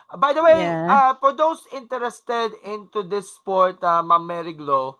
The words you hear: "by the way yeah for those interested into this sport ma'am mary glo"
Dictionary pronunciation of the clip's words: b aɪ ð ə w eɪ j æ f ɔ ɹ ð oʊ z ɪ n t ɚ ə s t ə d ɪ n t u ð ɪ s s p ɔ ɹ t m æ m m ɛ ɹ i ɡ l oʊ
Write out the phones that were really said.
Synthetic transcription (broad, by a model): b aɪ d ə w eɪ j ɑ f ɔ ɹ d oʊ s ɪ n t ɚ ə s t ə d ɪ n t u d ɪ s s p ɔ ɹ t m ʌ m m ɛ ɹ i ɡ l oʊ